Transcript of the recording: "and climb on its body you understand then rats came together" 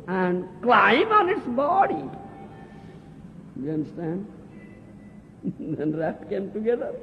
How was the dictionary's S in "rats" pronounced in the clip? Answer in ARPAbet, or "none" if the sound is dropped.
none